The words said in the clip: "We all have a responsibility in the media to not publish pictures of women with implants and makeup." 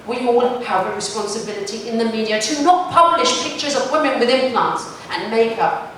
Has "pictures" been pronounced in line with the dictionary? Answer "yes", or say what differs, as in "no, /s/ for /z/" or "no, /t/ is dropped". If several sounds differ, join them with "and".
yes